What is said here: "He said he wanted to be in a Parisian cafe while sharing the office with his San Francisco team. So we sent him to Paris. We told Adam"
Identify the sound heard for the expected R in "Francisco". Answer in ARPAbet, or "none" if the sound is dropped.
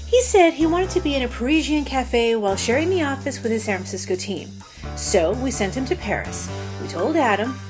none